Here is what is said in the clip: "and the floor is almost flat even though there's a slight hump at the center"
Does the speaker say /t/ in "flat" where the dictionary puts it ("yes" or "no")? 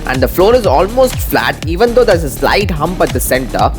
yes